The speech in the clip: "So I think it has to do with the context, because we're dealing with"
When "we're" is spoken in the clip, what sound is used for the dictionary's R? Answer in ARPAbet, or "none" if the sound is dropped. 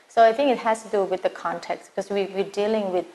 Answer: W